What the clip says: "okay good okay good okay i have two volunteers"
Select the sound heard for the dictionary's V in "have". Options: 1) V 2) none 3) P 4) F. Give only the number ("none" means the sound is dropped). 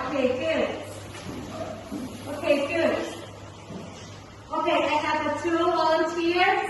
4